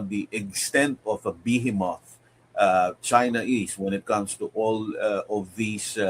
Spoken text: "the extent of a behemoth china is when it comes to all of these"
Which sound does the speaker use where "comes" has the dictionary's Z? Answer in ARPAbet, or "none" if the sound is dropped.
S